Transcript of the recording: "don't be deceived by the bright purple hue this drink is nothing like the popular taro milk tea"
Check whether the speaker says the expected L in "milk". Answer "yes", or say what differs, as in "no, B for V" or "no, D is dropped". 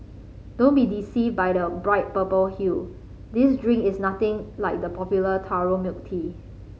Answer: no, L is dropped